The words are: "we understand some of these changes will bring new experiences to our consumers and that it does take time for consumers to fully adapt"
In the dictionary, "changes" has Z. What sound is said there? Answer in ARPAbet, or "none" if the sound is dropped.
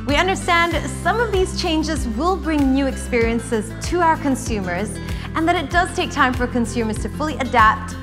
Z